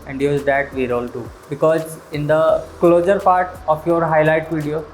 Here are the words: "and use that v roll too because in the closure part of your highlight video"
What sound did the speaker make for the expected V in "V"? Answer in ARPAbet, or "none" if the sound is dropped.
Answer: V